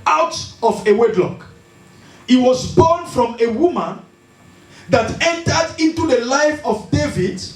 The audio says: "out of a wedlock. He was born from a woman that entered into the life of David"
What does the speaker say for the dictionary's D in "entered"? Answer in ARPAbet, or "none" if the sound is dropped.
D